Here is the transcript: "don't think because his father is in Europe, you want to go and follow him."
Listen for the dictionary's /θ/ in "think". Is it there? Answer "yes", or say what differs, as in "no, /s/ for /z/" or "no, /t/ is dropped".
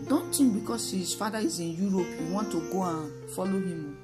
no, /t/ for /θ/